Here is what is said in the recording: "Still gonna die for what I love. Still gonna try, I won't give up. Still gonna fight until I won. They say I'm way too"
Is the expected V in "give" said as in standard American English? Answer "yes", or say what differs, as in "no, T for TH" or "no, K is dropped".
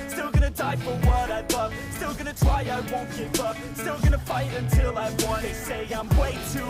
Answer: no, B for V